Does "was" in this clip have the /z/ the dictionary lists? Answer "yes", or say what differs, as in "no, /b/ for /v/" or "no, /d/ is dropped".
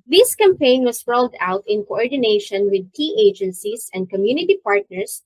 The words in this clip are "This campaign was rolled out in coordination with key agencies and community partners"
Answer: no, /s/ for /z/